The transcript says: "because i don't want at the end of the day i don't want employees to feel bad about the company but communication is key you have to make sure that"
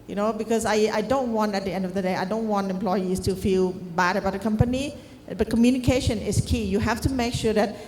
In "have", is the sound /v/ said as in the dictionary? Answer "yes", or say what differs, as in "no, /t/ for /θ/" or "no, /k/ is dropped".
no, /f/ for /v/